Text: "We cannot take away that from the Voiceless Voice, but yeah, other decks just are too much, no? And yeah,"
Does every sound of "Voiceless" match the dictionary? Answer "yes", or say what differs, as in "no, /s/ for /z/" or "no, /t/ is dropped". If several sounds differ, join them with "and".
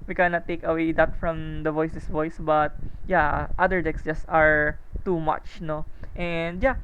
no, /l/ is dropped